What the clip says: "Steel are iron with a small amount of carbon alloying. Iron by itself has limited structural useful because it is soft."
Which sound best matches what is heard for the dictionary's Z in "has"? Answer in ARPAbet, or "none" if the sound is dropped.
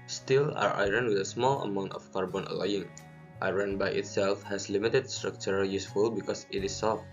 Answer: S